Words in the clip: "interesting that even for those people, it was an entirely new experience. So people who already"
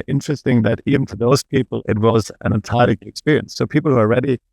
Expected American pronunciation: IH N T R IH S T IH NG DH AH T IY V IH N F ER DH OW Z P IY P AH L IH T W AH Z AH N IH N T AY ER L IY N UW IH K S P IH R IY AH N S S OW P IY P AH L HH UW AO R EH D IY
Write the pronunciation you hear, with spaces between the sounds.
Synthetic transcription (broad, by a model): IH N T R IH S T IH NG DH AH T IY V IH N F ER DH OW Z P IY P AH L IH T W AH Z AH N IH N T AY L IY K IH K S P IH R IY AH N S S OW P IY P L HH UW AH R EH D IY